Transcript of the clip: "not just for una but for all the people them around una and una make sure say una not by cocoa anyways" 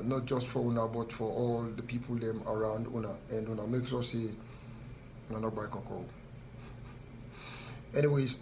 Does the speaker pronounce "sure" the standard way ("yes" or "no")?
no